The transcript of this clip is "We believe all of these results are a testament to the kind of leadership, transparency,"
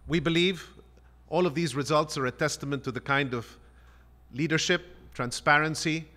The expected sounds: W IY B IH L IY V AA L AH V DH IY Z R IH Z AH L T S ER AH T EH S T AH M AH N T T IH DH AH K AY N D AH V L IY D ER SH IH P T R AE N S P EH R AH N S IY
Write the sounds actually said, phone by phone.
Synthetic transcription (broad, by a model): W IY B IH L IY V AA L AH V DH IY Z R IH Z AH L T S ER AH T EH S T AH M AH N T T IH DH AH K AY N D AH V L IY D ER SH IH P T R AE N S P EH R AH N S IY